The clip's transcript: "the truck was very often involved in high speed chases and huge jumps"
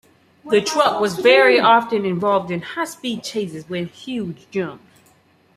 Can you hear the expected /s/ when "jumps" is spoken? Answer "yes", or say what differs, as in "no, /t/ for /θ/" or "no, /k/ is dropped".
no, /s/ is dropped